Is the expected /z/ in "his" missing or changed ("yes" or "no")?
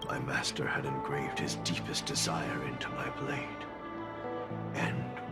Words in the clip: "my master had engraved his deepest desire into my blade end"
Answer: no